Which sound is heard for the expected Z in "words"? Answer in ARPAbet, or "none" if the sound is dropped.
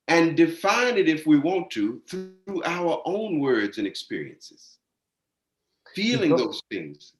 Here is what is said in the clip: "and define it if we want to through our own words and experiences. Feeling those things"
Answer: Z